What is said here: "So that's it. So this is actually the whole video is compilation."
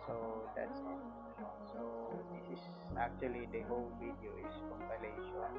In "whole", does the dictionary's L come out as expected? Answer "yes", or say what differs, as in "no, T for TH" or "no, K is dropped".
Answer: yes